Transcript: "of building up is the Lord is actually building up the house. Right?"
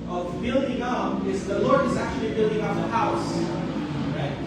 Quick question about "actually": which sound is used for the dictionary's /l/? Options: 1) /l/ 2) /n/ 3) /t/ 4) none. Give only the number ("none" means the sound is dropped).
1